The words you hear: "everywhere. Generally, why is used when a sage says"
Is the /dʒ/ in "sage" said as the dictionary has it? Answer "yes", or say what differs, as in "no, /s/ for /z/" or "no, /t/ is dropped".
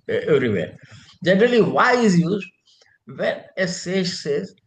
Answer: no, /ʃ/ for /dʒ/